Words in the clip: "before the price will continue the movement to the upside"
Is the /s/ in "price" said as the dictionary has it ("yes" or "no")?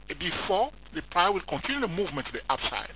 no